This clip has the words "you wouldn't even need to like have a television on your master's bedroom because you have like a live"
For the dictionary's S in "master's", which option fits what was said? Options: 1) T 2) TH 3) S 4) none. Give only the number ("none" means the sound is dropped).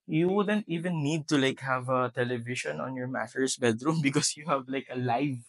4